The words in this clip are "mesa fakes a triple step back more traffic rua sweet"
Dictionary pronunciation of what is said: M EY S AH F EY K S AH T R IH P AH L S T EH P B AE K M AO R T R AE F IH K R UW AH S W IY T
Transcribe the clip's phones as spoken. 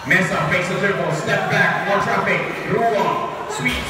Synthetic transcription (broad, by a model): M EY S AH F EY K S AH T IH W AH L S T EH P B AE K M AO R T R AE F IH K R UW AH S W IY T